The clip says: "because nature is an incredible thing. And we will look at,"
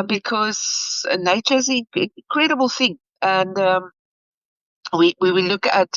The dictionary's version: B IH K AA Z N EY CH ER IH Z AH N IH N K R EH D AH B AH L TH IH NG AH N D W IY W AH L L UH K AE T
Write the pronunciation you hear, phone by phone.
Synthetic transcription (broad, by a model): B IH K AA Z N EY CH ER IH Z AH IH K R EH D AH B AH L TH IH NG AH N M W IY W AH W L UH K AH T